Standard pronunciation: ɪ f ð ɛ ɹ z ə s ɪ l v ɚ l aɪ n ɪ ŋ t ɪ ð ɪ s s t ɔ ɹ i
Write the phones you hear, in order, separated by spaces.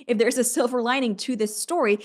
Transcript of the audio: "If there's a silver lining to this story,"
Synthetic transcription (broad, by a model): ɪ f ð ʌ ɹ z ə s ɪ l v ɚ l aɪ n ɪ ŋ t ɪ ð ɪ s s t ɔ ɹ i